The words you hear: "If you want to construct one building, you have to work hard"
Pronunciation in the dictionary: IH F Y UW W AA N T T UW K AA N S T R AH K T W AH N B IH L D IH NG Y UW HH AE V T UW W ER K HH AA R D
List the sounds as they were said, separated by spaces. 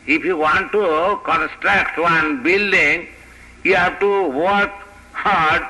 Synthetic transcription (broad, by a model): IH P Y UW W AA N T T UW K AA N S T R AH K T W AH N B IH L D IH NG Y UW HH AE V T UW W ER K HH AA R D